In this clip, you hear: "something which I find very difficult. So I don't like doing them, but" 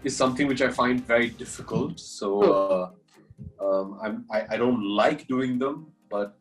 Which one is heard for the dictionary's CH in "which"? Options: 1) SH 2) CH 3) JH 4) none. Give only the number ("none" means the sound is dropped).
2